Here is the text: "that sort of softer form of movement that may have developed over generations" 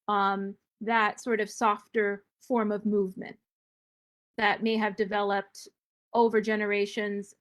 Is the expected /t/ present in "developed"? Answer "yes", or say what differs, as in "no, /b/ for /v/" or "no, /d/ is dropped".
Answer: yes